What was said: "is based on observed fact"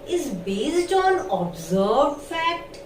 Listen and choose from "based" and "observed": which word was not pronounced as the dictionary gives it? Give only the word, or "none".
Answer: observed